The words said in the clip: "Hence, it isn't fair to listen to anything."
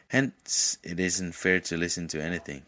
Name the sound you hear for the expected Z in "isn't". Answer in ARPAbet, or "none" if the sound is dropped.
Z